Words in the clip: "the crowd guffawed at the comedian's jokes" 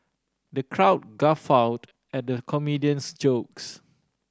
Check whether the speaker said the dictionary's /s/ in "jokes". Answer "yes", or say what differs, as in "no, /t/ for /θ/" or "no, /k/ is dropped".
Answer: yes